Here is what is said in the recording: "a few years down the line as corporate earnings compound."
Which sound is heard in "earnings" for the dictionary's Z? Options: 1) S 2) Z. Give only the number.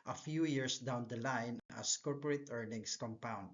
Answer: 1